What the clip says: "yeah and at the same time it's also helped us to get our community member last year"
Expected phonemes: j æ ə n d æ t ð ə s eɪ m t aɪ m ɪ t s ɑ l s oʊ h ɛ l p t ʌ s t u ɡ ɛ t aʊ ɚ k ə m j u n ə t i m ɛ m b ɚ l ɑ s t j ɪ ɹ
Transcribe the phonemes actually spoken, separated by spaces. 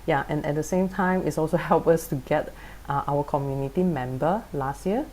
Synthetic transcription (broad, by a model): j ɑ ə n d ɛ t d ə s eɪ m t aɪ m ɪ t s ɑ l s oʊ h ɛ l p ʌ s t u ɡ ɛ t aʊ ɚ k ə m j u n ə t i m ɛ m b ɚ l ɑ s t j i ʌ